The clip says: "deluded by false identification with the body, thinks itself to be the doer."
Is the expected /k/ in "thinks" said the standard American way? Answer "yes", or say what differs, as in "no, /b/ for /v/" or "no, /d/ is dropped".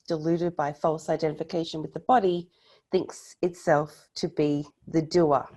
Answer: yes